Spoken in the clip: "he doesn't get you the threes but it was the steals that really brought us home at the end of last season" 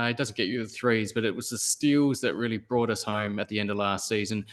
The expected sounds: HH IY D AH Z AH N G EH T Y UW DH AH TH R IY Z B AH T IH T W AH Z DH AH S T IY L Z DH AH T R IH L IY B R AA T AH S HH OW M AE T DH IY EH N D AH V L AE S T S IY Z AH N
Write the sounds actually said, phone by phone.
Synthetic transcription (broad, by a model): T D AH Z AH N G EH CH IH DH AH TH R IY Z B AH T IH T W AH Z DH AH S T IY L Z DH AH T R IH L IY B R AA T AH S HH OW M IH T DH IY EH N D AH V L AE S T S IY Z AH N